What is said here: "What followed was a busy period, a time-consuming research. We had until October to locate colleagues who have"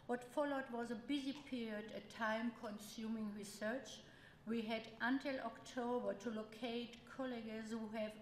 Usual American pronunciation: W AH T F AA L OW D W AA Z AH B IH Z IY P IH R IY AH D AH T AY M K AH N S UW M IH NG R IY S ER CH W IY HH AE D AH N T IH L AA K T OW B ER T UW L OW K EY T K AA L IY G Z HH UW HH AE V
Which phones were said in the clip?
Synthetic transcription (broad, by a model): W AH T F AA L OW D W AA Z AH B IH Z IY P IH R IY AH D AH T AY M K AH N S UW M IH NG R IY S ER CH W IY HH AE D AH N T IH L AA K T OW B ER T UW L OW K EY T K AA L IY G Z HH UW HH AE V